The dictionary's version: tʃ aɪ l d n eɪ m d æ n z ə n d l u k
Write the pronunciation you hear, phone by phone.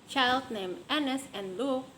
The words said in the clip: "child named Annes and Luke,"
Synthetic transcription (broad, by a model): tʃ aɪ l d n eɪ m æ n s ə n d l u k